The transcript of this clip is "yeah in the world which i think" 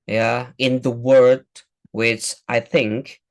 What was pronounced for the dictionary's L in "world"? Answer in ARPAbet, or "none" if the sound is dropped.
none